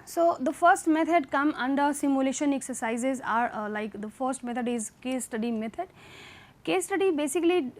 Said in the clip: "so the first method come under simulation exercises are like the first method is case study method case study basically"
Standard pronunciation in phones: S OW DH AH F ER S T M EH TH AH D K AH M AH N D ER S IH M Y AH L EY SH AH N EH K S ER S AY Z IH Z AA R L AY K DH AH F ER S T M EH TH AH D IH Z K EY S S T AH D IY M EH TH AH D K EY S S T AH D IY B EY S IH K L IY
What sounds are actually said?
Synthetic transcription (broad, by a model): S OW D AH F ER S T M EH T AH D K AH M AH N D ER S IH M Y AH L EY SH AH N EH K S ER S AY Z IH Z AA R L AY K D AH F ER S T M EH T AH D IH Z K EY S S T AH D IY M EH T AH D K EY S S T AH D IY B EY S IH K L IY